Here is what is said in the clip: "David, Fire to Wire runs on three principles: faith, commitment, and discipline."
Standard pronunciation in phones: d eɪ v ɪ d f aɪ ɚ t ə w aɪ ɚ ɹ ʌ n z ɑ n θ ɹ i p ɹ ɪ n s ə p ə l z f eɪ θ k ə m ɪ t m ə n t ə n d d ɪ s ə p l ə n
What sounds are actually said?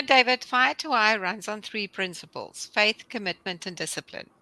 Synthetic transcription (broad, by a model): d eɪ v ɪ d f aɪ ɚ t ə aɪ ɹ ʌ n z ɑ n θ ɹ i p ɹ ɪ n s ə p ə l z f eɪ θ k ə m ɪ t m ə n t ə n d d ɪ s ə p l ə n